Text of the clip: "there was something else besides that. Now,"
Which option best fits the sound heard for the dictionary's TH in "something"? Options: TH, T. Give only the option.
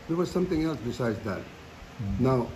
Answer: T